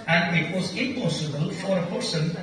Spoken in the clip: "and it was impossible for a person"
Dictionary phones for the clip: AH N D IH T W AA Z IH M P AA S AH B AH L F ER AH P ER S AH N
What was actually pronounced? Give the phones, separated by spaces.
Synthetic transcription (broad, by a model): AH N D IH T W AA Z IH M P AA S AH B AH L F ER AH P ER S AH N